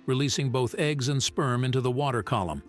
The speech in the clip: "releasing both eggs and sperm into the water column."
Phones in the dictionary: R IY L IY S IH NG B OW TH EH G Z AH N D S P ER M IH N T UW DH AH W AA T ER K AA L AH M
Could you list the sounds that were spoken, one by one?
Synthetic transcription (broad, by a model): R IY L IY S IH NG B OW TH EH G Z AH N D S P ER M IH N T UW DH AH W AA T ER K AA L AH M